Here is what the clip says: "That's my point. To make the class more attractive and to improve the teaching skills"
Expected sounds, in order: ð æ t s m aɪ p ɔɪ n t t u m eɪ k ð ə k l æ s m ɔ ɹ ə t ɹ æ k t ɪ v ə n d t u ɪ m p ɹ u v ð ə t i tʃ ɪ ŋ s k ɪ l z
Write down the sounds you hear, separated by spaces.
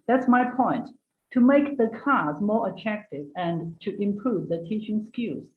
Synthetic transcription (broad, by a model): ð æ t s m aɪ p ɔɪ n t t u m eɪ k ð ə k ɑ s m ɔ ɹ ə t ɹ æ k t ɪ v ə n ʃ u ɪ m p ɹ u v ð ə t i tʃ ɪ ŋ s k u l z